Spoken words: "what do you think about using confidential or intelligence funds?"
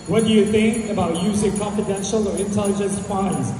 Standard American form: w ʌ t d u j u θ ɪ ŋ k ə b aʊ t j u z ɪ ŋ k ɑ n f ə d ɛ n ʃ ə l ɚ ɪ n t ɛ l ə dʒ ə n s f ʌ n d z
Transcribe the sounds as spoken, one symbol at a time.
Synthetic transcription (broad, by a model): w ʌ t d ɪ j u θ ɪ ŋ k ə b aʊ t j u z ɪ ŋ k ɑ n f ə d ɛ n ʃ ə l ɚ ɪ n t ɛ l ə dʒ ə n s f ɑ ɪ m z